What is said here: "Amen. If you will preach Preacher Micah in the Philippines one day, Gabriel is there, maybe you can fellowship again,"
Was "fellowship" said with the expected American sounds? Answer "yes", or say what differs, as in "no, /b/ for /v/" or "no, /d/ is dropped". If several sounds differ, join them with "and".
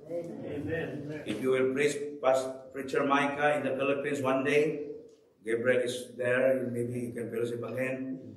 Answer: no, /b/ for /p/